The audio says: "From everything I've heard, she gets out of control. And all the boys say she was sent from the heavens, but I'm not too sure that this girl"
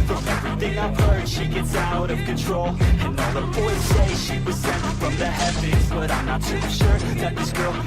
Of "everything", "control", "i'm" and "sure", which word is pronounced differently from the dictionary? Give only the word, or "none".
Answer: none